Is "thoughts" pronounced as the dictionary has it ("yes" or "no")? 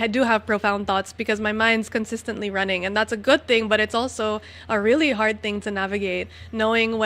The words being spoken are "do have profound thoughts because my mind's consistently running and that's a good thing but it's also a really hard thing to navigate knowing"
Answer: yes